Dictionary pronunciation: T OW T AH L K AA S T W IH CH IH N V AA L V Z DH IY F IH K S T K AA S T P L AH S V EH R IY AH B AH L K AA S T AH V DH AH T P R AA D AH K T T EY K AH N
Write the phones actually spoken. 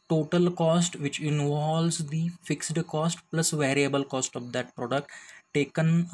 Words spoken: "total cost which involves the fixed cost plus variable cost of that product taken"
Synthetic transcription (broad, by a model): T OW T AH L K AA S T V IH CH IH N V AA L Z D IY F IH K S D K AA S T P L AH S V EH R IY AH B AH L K AA S T AH V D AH T P R AA D AH K T T EY K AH N